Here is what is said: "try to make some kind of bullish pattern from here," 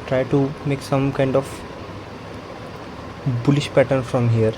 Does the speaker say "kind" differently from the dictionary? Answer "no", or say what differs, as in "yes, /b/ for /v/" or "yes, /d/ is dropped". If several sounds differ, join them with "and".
no